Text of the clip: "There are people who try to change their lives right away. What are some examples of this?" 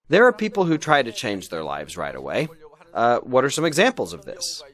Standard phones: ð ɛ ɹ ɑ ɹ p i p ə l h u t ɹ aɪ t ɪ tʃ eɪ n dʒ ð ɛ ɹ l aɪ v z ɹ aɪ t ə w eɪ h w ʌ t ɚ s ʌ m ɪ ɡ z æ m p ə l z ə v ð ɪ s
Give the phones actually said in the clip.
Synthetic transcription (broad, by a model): ð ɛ ɹ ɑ ɹ p i p l h u t ɹ aɪ t ɪ tʃ eɪ n dʒ ð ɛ ɹ l aɪ v z ɹ aɪ t ə w eɪ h w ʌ t ɚ s ʌ m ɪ ɡ z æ m p l z ə v ð ɪ s